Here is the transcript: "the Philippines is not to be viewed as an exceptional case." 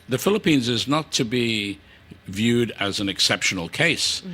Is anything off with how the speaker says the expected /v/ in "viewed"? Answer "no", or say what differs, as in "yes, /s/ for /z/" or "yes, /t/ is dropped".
no